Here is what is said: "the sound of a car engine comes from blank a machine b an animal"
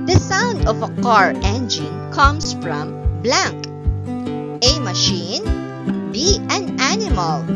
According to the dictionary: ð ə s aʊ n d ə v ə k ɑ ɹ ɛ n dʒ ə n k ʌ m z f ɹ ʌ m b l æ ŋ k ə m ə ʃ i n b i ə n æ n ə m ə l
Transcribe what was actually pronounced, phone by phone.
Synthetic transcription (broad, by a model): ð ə s aʊ n d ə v ə k ɑ ɹ ɛ n dʒ ə n k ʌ m s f ɹ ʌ m b l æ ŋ k ə m ə ʃ i n b i ə n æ n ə m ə l